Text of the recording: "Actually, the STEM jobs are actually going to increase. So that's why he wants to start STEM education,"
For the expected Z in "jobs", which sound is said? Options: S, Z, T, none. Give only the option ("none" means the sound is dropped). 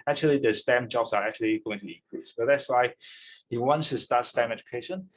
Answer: S